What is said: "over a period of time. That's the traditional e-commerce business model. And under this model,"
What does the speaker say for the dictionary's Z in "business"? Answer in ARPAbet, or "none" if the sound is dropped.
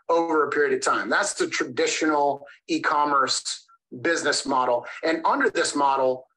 Z